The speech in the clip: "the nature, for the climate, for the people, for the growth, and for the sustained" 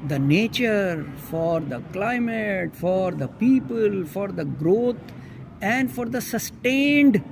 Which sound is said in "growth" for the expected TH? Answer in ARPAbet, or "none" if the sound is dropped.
T